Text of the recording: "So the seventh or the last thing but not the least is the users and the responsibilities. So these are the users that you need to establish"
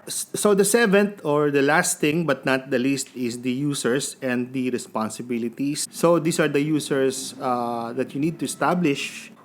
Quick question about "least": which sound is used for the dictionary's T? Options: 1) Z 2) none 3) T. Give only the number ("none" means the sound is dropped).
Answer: 3